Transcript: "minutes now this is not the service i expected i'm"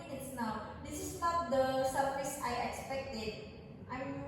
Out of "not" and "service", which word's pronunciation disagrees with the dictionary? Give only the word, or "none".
service